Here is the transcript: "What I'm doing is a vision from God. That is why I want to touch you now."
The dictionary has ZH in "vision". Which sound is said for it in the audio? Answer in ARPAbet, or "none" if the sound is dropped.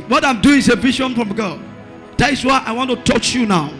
SH